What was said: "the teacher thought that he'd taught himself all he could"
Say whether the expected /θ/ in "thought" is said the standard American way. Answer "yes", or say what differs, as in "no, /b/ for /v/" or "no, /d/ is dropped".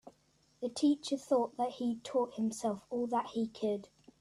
yes